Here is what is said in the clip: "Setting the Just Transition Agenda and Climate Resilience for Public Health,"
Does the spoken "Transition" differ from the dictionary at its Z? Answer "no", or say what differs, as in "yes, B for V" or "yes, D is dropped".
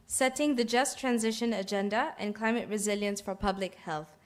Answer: no